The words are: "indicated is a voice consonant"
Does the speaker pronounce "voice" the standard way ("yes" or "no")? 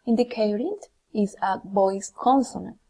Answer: no